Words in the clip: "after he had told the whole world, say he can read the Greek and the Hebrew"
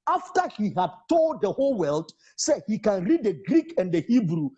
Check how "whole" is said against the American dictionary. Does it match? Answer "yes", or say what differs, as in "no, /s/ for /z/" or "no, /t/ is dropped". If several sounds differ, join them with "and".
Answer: yes